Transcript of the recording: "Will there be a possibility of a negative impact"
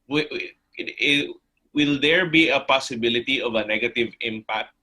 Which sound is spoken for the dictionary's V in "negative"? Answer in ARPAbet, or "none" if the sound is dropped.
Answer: V